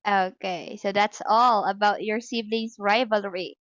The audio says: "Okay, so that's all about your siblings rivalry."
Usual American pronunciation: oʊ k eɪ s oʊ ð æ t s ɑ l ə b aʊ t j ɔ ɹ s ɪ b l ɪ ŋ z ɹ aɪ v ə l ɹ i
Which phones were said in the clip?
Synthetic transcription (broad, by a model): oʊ k eɪ s oʊ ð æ t s ɑ l ə b aʊ t j ɔ ɹ s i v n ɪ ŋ s ɹ aɪ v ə l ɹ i